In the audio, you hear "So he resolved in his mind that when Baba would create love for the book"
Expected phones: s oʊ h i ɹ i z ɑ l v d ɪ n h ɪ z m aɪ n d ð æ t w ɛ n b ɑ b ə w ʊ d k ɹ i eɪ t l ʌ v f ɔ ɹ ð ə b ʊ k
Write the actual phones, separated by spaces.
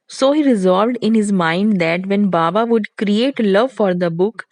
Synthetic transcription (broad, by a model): s oʊ h i ɹ i z ɑ l v d ɪ n h ɪ z m aɪ n d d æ t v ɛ n b ɑ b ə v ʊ d k ɹ i eɪ t l ʌ v f ɔ ɹ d ə b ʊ k